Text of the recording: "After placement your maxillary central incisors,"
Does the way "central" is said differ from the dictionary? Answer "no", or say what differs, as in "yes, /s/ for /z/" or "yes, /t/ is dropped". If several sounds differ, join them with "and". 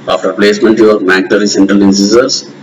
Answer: no